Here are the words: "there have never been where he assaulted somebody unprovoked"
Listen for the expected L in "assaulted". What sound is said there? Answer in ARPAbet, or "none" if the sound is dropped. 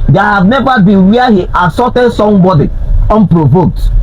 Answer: none